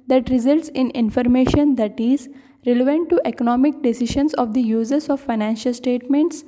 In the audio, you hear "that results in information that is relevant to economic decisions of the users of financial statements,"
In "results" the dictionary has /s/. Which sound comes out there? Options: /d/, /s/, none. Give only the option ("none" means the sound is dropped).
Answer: /s/